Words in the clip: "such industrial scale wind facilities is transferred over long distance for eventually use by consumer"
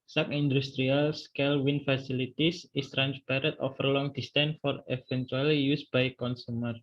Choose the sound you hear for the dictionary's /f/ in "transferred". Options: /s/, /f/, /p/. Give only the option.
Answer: /p/